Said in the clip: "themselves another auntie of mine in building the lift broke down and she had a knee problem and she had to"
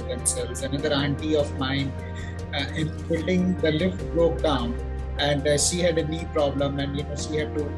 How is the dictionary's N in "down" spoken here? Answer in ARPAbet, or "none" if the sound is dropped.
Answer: N